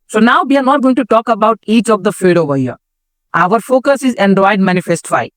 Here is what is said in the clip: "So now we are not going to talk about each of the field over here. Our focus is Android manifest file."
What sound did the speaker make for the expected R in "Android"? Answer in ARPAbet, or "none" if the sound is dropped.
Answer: none